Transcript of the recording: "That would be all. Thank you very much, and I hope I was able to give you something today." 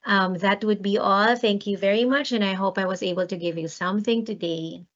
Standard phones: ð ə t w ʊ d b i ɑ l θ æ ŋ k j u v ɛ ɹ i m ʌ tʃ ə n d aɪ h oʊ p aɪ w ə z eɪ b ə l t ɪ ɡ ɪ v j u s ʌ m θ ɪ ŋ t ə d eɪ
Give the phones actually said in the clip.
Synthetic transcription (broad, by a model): ð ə t w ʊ d b i ɑ l θ æ ŋ k j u v ɛ ɹ i m ʌ tʃ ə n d aɪ h oʊ p aɪ w ə z eɪ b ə l t ɪ ɡ ɪ v j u s ʌ m θ ɪ ŋ t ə d eɪ